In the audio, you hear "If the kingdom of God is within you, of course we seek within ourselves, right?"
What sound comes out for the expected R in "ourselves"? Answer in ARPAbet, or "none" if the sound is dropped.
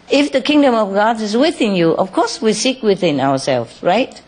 W